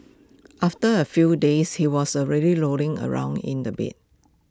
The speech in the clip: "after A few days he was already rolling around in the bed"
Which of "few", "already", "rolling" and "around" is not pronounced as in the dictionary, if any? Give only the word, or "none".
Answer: rolling